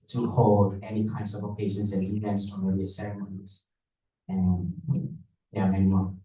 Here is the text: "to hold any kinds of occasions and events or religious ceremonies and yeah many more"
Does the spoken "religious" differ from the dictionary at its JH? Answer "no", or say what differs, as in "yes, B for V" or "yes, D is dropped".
yes, JH is dropped